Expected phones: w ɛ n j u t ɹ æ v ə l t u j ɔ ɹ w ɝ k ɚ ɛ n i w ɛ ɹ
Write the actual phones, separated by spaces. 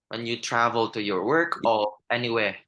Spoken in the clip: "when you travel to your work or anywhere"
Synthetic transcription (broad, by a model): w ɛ n j u t ɹ æ v ə l t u j ɔ ɹ w ɝ k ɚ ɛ n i w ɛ